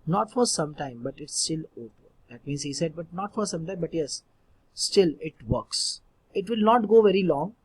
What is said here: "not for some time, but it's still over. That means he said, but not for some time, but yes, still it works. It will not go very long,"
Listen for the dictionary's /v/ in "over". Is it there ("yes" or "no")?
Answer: no